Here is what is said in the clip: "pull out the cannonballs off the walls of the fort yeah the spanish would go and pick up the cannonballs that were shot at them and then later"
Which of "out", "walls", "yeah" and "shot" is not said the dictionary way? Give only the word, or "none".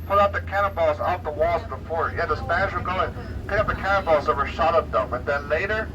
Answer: none